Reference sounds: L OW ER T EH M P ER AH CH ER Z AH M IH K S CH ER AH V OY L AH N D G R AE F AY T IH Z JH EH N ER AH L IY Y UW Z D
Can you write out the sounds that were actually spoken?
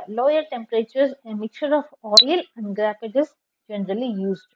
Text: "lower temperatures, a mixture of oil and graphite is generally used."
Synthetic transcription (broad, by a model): L OW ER T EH M P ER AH CH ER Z AH M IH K CH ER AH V OY L AH N D G R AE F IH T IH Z JH EH N ER AH L IY Y UW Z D